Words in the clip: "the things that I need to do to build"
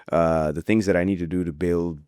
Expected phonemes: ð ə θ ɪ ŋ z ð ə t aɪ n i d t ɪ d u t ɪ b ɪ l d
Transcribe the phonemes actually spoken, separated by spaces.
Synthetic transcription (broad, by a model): ð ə θ ɪ ŋ z ð ə t aɪ n i d t ɪ d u t ɪ b ɪ l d